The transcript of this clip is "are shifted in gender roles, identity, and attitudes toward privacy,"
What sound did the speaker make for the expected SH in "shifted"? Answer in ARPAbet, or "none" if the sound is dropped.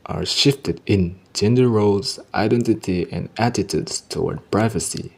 SH